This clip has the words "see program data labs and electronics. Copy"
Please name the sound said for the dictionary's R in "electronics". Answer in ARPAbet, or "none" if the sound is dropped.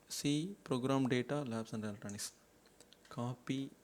none